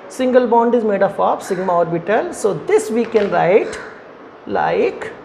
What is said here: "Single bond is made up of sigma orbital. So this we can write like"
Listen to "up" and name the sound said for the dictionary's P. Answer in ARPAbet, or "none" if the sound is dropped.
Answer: F